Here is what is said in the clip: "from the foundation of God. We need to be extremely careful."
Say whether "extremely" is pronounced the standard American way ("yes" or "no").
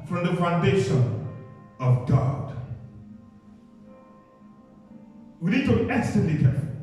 no